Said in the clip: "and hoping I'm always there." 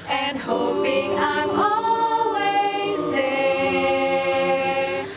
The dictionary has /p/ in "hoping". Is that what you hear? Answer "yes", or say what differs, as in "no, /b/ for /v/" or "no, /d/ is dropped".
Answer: yes